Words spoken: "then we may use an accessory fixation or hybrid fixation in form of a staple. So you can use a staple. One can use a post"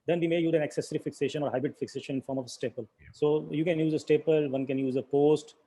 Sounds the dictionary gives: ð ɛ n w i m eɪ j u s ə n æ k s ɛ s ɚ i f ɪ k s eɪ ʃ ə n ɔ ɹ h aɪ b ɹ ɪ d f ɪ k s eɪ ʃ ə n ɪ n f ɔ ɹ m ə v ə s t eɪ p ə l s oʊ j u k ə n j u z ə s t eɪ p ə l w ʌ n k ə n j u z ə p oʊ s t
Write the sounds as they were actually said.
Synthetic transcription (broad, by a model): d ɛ n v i m eɪ j u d ə n æ k s ɛ s ɚ i f ɪ k s eɪ ʃ ə n ɔ ɹ h aɪ b ɹ ɪ d f ɪ k s eɪ ʃ ə n ɪ n f ɔ ɹ m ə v ə s t eɪ p ə l s oʊ j u k ə n j u z ə s t eɪ p ə l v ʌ n k ə n j u z ə p oʊ s t